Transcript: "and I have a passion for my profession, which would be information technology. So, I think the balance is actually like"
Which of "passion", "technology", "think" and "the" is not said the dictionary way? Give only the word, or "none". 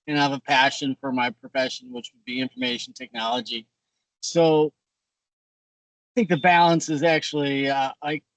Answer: none